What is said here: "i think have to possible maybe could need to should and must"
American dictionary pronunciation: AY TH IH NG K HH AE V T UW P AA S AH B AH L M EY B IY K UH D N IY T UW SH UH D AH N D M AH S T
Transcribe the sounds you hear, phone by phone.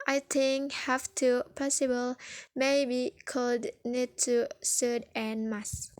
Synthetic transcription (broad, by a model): AY T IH NG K HH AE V T UW P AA S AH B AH L M EY B IY K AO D N IY T UW S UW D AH N M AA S